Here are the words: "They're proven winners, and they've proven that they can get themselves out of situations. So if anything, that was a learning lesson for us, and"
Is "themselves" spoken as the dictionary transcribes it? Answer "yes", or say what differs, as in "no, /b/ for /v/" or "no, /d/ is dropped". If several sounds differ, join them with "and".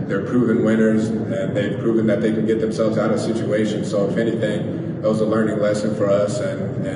yes